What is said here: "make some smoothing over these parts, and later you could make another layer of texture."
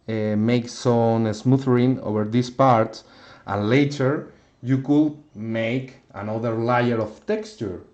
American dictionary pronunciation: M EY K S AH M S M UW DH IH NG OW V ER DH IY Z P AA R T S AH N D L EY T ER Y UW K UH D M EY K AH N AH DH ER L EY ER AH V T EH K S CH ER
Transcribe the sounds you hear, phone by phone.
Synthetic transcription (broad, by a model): M EY K S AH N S M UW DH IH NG OW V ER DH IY S P AA R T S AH N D L EY T ER Y UW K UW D M EY K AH N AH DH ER L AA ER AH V T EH K S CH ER